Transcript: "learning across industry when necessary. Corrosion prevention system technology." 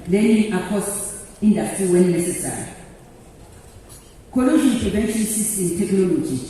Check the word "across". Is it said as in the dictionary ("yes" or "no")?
no